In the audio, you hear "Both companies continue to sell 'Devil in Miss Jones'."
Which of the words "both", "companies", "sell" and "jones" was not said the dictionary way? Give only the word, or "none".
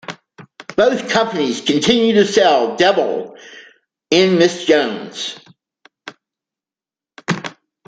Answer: none